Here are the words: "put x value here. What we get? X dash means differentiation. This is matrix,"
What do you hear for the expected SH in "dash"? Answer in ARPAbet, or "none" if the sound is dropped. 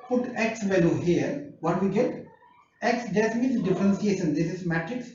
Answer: S